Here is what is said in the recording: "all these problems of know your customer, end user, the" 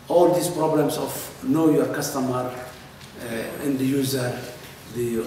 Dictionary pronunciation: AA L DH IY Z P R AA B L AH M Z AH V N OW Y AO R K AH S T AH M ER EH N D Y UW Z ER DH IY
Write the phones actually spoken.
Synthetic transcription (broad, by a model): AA L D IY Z P R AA B L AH M S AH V N OW Y AO R K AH S T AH M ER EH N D Y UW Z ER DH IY